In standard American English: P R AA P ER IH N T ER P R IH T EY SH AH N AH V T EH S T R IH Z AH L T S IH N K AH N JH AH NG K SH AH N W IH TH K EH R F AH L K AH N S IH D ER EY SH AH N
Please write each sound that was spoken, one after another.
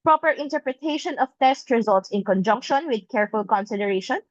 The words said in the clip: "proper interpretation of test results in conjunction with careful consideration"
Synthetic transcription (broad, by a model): P R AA P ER IH N T ER P R IH T EY SH AH N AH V T EH S T R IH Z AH L T S IH N K AH N JH AH NG K SH AH N W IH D K EH R F AH L K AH N S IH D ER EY SH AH N